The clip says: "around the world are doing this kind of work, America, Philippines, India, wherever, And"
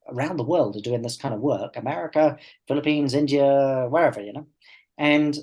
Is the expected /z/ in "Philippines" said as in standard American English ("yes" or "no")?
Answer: yes